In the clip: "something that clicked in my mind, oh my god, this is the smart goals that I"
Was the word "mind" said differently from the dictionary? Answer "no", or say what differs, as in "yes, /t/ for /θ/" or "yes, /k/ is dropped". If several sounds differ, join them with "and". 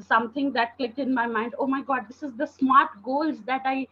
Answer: no